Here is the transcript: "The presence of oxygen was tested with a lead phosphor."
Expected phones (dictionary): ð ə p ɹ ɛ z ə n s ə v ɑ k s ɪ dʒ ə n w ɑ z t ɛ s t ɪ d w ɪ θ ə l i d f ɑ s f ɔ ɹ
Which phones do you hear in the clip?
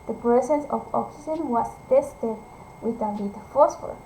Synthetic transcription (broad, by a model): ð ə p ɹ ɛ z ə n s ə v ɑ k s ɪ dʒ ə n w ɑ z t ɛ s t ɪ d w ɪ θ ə n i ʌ f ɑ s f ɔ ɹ